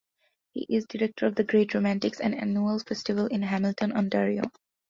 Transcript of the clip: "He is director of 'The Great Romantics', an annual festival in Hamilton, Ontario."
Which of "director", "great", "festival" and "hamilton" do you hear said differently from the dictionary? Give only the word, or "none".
none